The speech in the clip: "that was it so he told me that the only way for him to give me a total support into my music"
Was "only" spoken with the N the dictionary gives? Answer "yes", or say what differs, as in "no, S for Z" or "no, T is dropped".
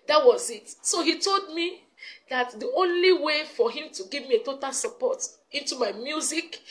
yes